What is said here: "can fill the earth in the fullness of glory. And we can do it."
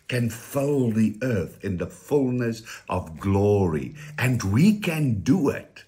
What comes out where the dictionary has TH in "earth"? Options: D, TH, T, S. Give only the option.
TH